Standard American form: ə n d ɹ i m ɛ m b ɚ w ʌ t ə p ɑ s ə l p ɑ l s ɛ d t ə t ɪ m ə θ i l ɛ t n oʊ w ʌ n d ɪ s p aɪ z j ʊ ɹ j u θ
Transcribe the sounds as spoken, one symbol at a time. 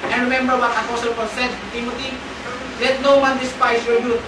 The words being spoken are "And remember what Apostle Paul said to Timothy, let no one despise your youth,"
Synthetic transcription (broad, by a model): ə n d ɹ i m ɛ m b ɚ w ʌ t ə f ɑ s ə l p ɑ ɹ s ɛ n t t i m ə t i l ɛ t n oʊ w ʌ n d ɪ s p aɪ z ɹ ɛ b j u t